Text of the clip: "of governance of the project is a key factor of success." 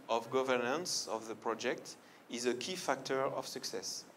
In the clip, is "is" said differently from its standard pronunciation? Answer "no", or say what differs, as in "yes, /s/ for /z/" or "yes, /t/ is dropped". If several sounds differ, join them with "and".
no